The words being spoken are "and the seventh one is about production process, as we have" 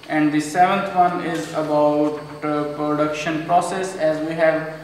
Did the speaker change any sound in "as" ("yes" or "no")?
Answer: no